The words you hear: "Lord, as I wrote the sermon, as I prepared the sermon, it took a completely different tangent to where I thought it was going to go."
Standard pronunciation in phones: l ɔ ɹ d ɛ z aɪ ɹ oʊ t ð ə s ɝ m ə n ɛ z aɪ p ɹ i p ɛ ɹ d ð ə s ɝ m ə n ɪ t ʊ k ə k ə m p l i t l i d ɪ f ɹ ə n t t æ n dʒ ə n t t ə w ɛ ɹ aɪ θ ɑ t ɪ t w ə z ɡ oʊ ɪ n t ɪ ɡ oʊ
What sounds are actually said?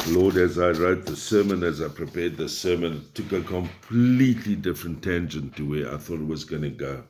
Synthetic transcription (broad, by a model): l ɔ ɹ d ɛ z aɪ ɹ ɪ t ð ə s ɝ m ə n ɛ z aɪ p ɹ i p ɛ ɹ d ð ə s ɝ m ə n t ʊ k ə k ə m p l i t l i d ɪ f ɹ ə n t t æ n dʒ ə n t t ə w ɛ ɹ aɪ θ ɑ t ɪ t w ə z ɡ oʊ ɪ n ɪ ɡ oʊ